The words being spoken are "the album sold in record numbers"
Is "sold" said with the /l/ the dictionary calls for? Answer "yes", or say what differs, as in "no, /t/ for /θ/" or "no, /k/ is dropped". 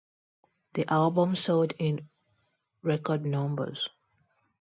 no, /l/ is dropped